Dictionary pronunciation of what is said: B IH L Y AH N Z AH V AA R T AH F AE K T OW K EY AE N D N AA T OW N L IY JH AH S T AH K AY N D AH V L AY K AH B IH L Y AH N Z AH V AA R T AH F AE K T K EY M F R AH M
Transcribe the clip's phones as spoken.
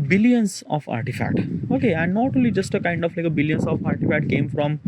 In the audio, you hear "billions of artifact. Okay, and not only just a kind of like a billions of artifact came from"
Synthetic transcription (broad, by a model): B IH L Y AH N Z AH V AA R T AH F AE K T OW K EY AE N D N AA T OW L IY JH AH S T AH K AY N D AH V L AY K AH B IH L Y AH N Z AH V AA R T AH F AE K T K EY M F R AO M